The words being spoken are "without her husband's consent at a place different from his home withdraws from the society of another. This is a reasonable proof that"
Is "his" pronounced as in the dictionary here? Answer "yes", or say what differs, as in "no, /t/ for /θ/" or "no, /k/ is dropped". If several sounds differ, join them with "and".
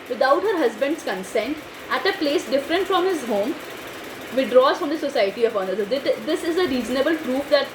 yes